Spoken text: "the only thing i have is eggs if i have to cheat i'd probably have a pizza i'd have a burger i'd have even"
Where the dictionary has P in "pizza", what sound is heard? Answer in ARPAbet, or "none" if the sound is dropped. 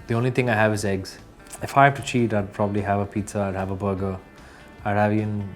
P